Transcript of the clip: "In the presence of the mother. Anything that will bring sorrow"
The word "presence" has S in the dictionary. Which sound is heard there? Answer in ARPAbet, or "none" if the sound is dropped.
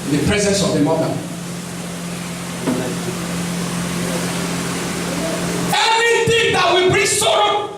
S